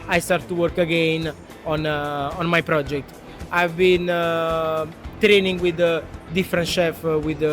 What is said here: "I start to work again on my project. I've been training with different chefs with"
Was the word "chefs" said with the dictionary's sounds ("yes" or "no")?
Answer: no